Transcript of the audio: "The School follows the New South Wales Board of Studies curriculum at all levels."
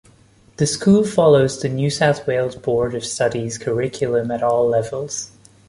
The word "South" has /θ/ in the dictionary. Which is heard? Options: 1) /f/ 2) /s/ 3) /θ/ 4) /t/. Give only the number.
3